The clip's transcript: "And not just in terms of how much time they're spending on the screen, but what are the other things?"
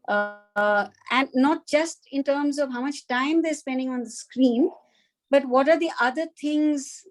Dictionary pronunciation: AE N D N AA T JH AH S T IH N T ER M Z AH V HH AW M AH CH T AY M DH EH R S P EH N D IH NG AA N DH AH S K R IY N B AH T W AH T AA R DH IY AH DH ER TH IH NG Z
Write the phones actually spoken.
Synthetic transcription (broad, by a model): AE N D N AA T JH AH S T IH N T ER M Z AH V HH AW M AH CH T AY M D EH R S P EH N D IH NG AA N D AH S K R IY N B AH T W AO T AA R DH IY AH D ER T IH NG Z